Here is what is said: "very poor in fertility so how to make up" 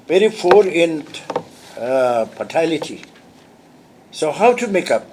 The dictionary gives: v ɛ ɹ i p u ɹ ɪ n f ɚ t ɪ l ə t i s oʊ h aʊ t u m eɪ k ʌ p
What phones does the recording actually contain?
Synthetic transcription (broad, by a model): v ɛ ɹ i f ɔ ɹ ɪ n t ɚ t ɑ l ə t i s oʊ h aʊ t u m eɪ k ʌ p